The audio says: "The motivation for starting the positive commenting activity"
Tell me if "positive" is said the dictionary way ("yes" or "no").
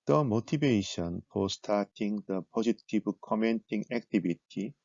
no